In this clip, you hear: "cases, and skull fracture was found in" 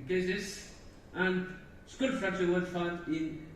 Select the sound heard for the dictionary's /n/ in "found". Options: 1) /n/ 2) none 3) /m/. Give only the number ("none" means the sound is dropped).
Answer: 2